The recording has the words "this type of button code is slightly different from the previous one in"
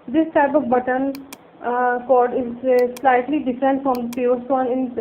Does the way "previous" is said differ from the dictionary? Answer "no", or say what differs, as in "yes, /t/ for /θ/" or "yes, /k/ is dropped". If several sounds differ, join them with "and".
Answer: yes, /ɹ/ is dropped